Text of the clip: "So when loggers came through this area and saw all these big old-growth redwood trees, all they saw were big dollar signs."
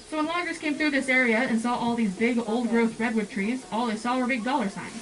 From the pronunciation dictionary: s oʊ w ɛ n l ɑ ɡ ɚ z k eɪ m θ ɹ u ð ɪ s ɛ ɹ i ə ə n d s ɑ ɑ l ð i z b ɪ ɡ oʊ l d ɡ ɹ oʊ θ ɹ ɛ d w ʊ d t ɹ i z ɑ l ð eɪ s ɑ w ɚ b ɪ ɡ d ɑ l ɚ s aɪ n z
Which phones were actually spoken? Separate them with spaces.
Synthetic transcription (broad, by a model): s oʊ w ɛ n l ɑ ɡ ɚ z k eɪ m θ ɹ u ð ɪ s ɛ ɹ i ə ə n s ɑ ɑ l ð i z b ɪ ɡ oʊ l d ɡ ɹ oʊ θ ɹ ɛ d w ʊ d t ɹ i z ɑ l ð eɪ s ɑ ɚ b ɪ ɡ d ɑ l ɚ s aɪ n